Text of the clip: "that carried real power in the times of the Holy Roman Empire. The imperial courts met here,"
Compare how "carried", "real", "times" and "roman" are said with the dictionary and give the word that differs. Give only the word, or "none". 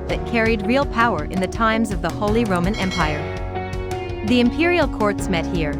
none